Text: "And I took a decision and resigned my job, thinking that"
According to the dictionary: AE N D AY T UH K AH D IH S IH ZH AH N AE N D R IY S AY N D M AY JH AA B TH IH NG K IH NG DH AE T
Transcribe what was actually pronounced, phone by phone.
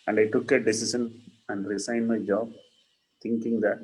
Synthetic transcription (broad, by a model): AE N D AY T UH K AH D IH S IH SH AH N AE N D R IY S AY N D M AY JH AA B T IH NG K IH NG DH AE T